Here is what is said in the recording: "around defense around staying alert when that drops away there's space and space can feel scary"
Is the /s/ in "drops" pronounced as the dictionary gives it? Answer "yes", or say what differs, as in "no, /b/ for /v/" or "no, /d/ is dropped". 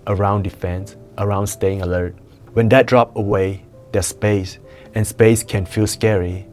no, /s/ is dropped